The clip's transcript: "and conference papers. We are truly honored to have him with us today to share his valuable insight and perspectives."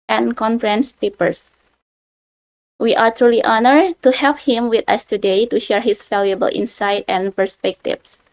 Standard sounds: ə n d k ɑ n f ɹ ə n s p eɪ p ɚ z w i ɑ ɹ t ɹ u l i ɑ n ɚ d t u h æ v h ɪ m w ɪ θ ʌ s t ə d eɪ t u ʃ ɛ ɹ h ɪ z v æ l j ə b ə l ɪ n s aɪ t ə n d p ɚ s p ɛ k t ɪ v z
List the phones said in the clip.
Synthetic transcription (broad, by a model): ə n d k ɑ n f ɹ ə n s p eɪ p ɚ s w i ɑ ɹ t ɹ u l i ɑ n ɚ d t u h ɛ p h ɪ m w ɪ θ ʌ s t ə d eɪ t u ʃ ɛ ɹ h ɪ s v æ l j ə b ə l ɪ n s aɪ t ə n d p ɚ s p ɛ k t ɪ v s